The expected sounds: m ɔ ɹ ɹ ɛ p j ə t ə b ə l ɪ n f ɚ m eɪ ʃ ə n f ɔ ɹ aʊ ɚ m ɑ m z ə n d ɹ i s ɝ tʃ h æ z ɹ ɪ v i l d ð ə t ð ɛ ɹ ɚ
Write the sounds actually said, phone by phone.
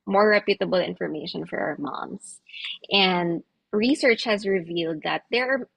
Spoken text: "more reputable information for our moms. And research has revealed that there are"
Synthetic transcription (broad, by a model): m ɔ ɹ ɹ ɛ p j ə t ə b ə l ɪ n f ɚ m eɪ ʃ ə n f ɔ ɹ aʊ ɚ m ɑ m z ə n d ɹ i s ɝ tʃ h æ z ɹ ɪ v i l d ð ə t ð ɛ ɹ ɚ